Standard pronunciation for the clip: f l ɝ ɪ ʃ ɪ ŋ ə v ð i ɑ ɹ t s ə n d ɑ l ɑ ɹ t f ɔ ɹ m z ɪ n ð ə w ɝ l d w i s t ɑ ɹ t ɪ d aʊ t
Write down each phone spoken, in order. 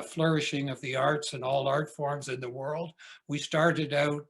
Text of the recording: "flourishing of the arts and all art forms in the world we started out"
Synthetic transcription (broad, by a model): f l ɝ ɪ ʃ ɪ ŋ ə v ð i ɑ ɹ t s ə n ɑ l ɑ ɹ t f ɔ ɹ m z ɪ n ð ə w ɝ l d w i s t ɑ ɹ t ɪ d aʊ t